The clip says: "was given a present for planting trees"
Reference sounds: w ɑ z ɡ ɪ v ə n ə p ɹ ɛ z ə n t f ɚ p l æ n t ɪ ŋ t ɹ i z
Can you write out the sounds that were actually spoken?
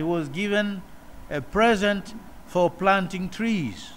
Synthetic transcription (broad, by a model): w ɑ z ɡ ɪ v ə n ə p ɹ ɛ z ə n t f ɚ p l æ n t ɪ ŋ t ɹ i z